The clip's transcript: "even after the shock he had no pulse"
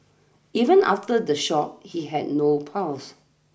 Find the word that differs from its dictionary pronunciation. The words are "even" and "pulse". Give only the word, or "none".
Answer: pulse